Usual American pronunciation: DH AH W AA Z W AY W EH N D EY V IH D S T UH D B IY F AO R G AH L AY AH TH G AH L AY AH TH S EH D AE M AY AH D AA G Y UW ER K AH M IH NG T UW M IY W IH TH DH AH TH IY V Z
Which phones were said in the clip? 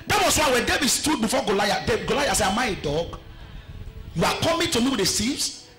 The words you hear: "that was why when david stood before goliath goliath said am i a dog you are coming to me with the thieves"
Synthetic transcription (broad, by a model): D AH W AA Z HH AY W EH N D EY V IH D S T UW D B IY F AO G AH L AY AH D G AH L AY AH S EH AA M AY AH D AA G Y UW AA K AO M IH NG T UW M IY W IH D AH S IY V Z